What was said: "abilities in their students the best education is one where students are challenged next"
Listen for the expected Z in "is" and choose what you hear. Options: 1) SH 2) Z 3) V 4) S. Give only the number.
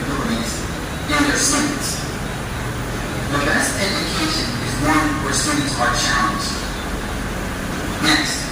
2